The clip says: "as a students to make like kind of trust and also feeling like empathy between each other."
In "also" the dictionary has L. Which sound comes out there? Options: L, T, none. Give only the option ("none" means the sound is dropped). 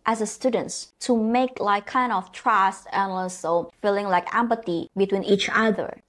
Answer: none